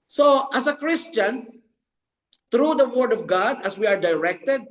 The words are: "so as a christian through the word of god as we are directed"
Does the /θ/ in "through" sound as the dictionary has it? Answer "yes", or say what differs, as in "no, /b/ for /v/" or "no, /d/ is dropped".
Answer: no, /t/ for /θ/